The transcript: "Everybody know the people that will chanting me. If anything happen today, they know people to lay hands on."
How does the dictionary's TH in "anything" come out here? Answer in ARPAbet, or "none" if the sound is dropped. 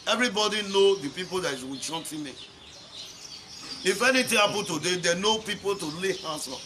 T